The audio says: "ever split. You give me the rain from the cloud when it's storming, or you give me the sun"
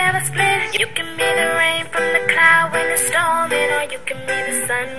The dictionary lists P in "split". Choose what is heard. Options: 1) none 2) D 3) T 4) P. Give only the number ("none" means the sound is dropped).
1